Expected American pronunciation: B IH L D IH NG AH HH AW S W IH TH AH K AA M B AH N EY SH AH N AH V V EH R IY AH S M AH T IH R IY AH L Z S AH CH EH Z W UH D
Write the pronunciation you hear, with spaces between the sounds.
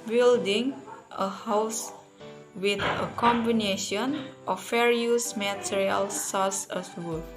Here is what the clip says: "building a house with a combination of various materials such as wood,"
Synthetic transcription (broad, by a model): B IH L D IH NG AH HH AW S W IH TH AH K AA M B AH N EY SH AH N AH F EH R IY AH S M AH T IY R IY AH L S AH S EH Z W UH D